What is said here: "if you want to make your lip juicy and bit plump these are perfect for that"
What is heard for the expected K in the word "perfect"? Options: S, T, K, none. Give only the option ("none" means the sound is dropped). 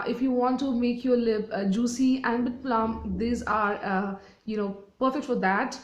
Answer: K